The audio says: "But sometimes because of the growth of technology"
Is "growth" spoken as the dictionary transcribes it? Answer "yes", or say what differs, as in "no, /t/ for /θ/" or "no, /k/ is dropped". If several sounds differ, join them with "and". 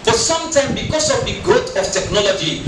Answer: no, /ɹ/ is dropped